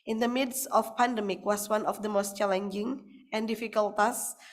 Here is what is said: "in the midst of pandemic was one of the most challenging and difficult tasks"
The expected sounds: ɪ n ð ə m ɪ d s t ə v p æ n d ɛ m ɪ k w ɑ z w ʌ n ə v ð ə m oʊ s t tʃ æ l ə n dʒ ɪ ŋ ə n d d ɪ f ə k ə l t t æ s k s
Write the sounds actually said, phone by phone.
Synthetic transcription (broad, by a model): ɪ n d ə m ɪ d s ə f p æ n d ɛ m ɪ k w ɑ s w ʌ n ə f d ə m oʊ s t tʃ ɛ l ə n dʒ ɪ ŋ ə n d d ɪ f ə k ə l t t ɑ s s